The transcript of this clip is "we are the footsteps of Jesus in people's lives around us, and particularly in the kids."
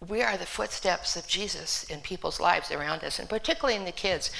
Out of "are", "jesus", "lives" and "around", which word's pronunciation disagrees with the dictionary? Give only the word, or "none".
none